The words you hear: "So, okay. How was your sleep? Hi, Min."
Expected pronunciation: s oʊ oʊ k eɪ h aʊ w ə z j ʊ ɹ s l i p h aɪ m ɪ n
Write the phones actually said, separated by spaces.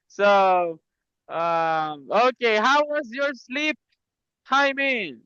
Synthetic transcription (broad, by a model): s oʊ oʊ k eɪ h aʊ w ə z j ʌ ɹ s l i p h aɪ m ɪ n